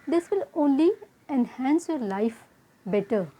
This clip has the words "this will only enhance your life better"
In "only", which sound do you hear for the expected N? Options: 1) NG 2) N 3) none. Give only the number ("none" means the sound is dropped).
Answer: 2